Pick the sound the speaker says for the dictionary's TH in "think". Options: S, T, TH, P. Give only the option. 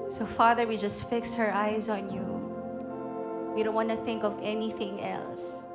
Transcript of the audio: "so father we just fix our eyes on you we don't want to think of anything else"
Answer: TH